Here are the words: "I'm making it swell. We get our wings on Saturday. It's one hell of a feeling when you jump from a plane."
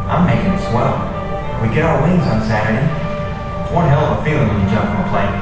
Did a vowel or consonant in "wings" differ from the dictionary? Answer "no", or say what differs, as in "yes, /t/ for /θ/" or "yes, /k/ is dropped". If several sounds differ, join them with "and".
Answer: no